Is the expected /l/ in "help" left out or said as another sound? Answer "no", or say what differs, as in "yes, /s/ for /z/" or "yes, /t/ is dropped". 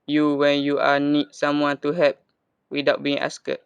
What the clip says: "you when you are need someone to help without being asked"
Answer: yes, /l/ is dropped